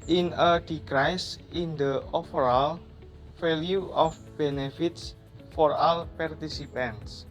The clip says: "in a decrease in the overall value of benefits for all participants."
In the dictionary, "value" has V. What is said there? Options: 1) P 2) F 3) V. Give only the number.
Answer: 2